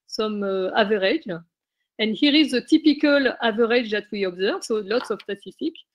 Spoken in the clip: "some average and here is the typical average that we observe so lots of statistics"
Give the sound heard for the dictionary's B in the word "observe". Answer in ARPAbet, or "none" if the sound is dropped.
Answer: B